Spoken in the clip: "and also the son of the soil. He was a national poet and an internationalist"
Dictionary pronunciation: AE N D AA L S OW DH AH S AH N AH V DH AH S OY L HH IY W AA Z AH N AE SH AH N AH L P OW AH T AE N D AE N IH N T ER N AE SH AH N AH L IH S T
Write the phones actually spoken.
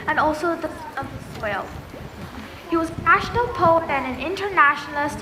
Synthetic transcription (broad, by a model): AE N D AA L S OW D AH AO AH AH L HH IY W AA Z AH N AE SH AH N AH L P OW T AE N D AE N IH N T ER N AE SH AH N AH L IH S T